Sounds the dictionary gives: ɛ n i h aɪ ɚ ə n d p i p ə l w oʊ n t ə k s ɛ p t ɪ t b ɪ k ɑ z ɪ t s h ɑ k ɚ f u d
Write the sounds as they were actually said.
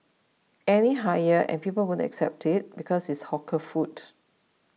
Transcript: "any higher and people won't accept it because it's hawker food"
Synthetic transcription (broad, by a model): ɛ n i h aɪ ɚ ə n p i p ə l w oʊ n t ə k s ɛ p t ɪ t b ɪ k ɑ s ɪ t s h ɑ k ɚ f u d